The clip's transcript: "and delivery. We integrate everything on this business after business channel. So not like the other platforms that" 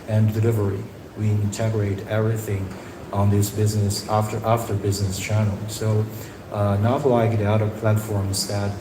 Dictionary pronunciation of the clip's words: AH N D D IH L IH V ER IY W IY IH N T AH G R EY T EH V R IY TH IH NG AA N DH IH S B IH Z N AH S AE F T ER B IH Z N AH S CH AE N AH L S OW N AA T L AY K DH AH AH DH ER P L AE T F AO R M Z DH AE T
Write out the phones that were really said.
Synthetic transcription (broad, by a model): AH N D D IH L IH V ER IY W IY IH N T AH G R EY T EH V R IY TH IH NG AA N DH IH S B IH Z N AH S AE F T ER B IH Z N AH S CH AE N L S OW N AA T L AY K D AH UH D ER P L AE T F AO R M Z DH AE T